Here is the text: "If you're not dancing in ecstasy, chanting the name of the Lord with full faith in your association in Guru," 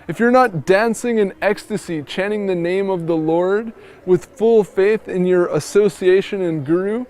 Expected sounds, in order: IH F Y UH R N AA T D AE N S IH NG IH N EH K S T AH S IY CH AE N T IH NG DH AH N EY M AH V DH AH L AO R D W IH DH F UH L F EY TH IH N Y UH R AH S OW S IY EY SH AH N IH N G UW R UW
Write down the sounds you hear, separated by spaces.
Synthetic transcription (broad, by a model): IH F Y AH R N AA T D AE N S IH NG IH N EH K S T AH S IY CH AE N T IH NG DH AH N EY M AH V DH AH L AO R D W IH DH F UH L F EY TH IH N Y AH R AH S OW S IY EY SH AH N IH N G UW R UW